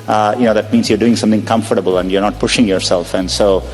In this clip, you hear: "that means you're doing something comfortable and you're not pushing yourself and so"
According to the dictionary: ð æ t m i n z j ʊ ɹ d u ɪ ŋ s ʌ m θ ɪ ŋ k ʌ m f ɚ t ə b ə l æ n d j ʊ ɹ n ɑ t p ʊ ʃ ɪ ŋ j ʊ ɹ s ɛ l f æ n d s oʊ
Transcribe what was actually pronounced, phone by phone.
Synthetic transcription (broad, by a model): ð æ t m i n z j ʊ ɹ d u ɪ ŋ s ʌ m t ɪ ŋ k ʌ m f ɚ t ə b ə l æ n d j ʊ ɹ n ɑ t p ʊ ʃ ɪ ŋ j ʊ ɹ s ɛ l f æ n d s oʊ